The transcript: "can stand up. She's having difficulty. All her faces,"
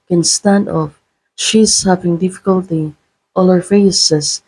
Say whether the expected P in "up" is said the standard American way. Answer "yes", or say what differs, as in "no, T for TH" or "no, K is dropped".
no, F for P